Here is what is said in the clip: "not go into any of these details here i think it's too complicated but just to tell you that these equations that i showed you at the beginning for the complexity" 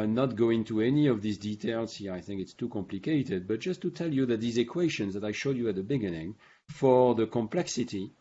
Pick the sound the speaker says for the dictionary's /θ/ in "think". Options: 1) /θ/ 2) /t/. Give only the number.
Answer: 1